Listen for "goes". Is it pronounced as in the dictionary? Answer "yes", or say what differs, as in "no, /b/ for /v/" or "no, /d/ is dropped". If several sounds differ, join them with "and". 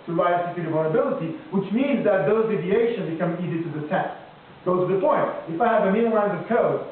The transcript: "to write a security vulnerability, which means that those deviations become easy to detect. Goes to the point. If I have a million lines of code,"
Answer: no, /z/ is dropped